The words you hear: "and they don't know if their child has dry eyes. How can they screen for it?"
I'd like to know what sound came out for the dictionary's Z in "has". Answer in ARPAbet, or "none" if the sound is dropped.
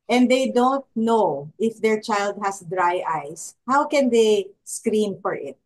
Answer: S